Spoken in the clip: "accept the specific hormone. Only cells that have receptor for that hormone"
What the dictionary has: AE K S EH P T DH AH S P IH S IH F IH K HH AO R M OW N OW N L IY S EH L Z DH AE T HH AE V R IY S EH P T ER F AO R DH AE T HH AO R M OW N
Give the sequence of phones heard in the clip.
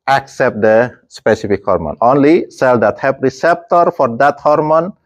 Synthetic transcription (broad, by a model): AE K S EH P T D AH S P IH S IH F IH K HH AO R M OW N OW N L IY S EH L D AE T HH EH P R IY S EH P T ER F AO R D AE T HH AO R M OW N